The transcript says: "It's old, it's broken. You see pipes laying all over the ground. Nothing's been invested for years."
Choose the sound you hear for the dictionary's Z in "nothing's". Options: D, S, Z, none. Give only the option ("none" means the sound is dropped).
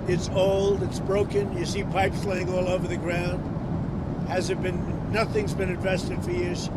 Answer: Z